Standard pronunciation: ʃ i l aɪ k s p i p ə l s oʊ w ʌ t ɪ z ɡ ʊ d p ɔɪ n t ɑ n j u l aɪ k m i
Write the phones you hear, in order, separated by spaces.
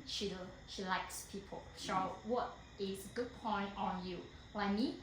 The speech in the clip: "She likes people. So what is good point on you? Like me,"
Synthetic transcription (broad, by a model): ʃ i l aɪ k s p i p ə l ʃ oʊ w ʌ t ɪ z ɡ ʊ d p ɔɪ n t ɑ n j u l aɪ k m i